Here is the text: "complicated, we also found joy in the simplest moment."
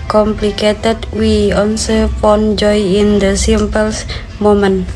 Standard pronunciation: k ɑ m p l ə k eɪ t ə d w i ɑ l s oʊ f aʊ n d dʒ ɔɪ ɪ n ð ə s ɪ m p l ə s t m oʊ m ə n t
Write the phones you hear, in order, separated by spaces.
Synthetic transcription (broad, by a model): k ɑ m p l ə k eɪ t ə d w i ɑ n s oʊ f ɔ n dʒ ɔɪ ɪ n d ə s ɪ m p ə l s m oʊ m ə n